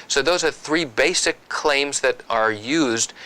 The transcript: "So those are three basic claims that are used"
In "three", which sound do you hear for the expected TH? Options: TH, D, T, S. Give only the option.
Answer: TH